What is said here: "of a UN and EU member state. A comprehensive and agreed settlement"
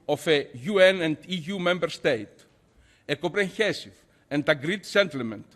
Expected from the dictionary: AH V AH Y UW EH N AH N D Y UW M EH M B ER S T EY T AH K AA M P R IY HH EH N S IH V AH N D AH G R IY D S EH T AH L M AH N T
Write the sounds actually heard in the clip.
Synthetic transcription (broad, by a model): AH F AH Y UW EH N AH N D Y UW M EH M B ER S T EY T AH K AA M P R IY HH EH S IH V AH N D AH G R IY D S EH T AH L M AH N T